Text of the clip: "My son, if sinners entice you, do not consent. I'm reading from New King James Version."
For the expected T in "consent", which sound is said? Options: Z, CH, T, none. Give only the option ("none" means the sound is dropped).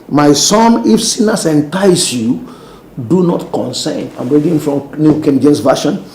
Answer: none